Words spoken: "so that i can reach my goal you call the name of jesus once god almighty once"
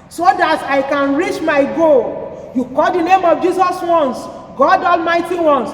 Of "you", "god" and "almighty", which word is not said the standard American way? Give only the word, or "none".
none